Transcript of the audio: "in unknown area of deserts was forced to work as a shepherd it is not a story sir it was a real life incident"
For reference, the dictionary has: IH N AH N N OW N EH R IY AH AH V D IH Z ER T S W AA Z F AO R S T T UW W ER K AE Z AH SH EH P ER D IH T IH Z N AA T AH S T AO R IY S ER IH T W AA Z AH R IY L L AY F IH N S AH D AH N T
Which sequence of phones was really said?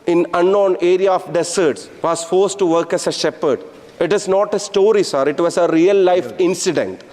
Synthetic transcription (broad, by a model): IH N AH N N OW N EH R IY AH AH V D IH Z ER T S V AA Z F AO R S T T UW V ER K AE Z AH SH EH P ER D IH T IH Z N AA T AH S T AO R IY S ER IH T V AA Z AH R IY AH L AY F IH N S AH D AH N T